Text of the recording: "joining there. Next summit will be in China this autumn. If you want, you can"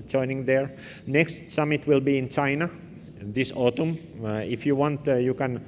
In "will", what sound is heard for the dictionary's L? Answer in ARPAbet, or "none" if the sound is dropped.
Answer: L